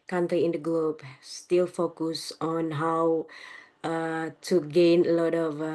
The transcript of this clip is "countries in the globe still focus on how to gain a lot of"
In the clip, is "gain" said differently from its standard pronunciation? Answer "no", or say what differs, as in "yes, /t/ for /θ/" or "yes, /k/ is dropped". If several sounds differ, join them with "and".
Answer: no